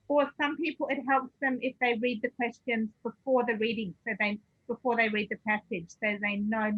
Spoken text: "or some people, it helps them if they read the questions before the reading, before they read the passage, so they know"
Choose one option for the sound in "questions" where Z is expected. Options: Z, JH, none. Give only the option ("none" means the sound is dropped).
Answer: Z